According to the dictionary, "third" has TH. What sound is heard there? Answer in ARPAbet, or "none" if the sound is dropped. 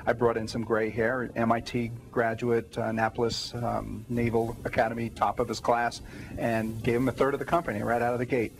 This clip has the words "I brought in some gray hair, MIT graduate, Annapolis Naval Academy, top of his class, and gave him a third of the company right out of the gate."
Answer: TH